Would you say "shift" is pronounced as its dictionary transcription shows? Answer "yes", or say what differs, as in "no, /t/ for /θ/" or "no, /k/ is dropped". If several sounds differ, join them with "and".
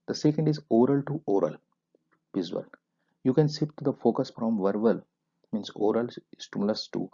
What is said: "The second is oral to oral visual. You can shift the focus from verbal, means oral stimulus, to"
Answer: no, /s/ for /ʃ/ and /p/ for /f/